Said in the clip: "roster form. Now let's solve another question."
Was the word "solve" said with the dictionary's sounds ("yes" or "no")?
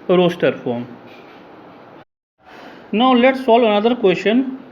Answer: no